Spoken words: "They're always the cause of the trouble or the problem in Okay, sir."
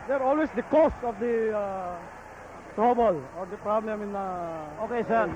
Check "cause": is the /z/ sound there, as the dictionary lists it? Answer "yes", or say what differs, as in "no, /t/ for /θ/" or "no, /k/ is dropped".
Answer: no, /s/ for /z/